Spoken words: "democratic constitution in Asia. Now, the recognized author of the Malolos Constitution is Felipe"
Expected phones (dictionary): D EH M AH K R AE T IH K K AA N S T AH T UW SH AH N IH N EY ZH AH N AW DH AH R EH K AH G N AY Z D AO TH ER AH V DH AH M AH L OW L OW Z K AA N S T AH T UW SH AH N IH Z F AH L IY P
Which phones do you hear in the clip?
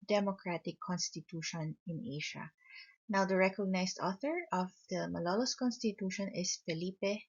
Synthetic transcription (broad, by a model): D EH M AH K R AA T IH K K AA N S T AH T UW SH AH N IH N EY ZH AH N AW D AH R EH K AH G N AY S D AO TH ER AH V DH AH M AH L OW L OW S K AA N S T AH T UW SH AH N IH S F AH L IY P